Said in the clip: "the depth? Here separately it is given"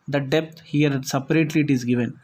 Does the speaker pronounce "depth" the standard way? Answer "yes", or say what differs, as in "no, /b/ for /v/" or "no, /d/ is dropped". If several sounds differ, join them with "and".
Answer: no, /t/ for /θ/